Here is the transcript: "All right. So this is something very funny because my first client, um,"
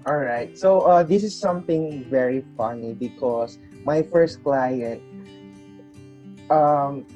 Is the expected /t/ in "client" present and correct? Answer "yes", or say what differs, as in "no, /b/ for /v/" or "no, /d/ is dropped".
yes